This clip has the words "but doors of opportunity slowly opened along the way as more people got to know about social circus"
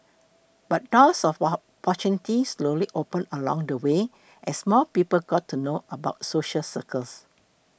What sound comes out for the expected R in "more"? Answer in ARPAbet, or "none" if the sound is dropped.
L